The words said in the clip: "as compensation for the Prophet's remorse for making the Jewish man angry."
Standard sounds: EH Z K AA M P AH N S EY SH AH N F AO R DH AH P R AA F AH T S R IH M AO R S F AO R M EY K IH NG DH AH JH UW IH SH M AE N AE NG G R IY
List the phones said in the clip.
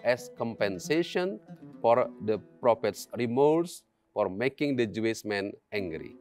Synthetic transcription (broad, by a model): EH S K AA M P AH N S EY SH AH N F AO R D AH P R AA F AH T S R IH M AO L S F AO R M EY K IH NG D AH JH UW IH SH M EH N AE NG G R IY